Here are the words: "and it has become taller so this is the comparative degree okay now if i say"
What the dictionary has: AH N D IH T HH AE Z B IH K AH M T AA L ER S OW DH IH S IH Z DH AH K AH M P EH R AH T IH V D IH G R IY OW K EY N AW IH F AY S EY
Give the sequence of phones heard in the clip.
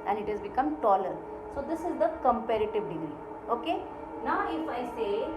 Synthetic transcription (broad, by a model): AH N D IH T HH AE Z B IH K AH M T AA L ER S OW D IH S IH Z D AH K AH M P EH R AH T IH V D IH G R IY OW K EY N AW IH F AY S EY